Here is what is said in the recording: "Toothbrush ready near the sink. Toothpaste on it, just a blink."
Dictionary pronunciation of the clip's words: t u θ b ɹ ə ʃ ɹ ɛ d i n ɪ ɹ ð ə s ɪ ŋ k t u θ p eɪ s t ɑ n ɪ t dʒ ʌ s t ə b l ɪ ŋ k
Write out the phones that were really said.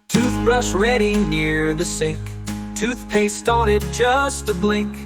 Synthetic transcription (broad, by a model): t u θ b ɹ ə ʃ ɹ ɛ d i n ɪ ɹ ð ə s ɪ ŋ k t u θ p eɪ s t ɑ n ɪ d dʒ ʌ s t ə b l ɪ ŋ k